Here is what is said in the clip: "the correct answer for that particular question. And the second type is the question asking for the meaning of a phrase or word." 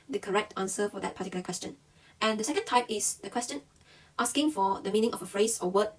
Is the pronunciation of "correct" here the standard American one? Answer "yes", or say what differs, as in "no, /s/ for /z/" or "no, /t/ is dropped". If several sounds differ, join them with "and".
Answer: yes